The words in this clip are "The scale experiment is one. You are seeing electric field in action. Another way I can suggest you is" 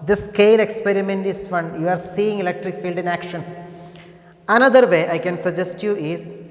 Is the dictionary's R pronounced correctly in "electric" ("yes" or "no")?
yes